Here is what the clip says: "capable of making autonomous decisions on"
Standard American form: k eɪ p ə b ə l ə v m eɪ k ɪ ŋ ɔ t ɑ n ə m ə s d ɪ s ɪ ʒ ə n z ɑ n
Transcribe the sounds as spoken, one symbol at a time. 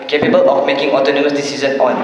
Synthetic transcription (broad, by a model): k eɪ p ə b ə l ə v m eɪ k ɪ ŋ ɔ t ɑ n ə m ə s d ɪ s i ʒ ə n ɑ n